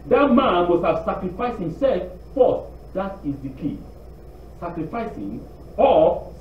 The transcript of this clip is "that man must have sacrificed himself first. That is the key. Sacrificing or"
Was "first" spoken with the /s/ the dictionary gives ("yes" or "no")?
no